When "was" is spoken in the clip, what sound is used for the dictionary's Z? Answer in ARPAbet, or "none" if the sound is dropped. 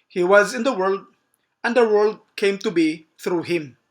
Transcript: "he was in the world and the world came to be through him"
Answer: Z